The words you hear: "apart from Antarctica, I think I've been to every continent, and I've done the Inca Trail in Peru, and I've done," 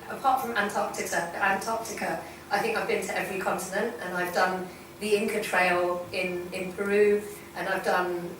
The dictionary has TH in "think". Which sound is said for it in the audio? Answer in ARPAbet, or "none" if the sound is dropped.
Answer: TH